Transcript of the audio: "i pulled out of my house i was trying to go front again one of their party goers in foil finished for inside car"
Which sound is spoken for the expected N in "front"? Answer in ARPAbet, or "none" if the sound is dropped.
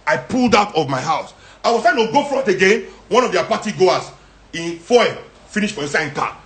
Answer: none